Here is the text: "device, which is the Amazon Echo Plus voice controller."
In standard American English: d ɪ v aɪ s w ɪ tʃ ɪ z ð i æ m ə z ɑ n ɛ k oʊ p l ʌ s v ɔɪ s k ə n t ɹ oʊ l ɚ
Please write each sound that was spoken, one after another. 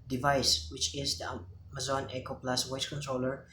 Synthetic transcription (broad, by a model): d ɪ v aɪ s w ɪ tʃ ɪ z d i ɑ m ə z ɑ n ɛ k oʊ p l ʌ s w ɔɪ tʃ k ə n t ɹ oʊ l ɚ